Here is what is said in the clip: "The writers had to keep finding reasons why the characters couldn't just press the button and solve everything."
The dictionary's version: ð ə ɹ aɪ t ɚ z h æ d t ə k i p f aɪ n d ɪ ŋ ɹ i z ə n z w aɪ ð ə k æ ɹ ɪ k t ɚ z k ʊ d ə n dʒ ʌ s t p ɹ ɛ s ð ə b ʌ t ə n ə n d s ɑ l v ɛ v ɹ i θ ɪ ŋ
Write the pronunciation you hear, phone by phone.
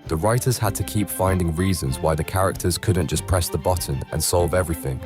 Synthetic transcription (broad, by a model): ð ə ɹ aɪ t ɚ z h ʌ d t ə k i p f aɪ n d ɪ ŋ ɹ i z ə n z w aɪ ð ə k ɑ ɹ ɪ k t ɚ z k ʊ d n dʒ ʌ s p ɹ ɛ s ð ə b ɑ t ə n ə n s ɑ l v ɛ v ɹ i θ ɪ ŋ